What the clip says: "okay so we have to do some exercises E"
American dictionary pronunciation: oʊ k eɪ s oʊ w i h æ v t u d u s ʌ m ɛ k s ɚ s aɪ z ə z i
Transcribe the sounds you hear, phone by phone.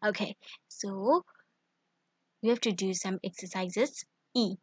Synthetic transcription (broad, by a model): oʊ k eɪ s oʊ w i h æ f t u d u s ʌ m ɛ k s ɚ s aɪ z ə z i